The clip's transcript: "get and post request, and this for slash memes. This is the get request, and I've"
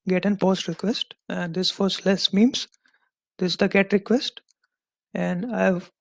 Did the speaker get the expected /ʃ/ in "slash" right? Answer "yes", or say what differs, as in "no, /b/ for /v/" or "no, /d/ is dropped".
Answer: no, /s/ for /ʃ/